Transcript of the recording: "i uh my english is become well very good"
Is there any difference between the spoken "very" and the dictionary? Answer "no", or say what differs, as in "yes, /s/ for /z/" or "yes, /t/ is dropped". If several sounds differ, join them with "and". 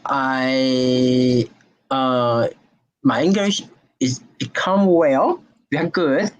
yes, /w/ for /v/